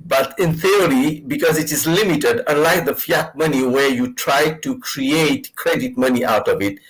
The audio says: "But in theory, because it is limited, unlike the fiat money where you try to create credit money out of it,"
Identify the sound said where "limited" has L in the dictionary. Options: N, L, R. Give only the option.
L